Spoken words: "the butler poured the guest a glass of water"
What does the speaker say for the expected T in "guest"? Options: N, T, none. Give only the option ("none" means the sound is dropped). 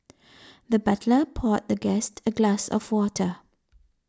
T